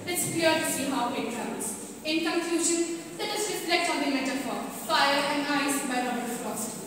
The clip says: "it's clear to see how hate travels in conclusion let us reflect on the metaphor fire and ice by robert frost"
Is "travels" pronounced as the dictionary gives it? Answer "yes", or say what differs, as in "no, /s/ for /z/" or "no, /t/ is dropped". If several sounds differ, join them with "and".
no, /v/ is dropped